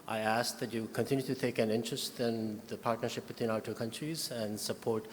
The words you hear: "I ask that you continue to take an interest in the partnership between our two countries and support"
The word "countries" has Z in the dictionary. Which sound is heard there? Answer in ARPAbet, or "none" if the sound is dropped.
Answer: Z